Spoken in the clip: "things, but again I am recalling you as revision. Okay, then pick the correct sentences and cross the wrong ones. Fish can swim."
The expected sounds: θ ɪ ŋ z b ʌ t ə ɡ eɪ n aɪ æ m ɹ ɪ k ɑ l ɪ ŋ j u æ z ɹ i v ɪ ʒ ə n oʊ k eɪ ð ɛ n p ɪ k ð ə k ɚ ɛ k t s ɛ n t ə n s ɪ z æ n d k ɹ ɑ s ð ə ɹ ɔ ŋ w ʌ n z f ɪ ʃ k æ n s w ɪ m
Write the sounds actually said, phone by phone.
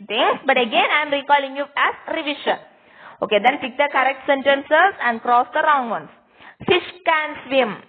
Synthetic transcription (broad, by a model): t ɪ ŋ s b ʌ t ə ɡ eɪ n aɪ m ɹ ɪ k ɑ l ɪ ŋ j u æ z ɹ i v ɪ ʃ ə n oʊ k eɪ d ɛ n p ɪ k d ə k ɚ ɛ k t s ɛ n t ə n s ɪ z æ n d k ɹ ɑ s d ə ɹ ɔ ŋ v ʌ n s f ɪ ʃ k æ n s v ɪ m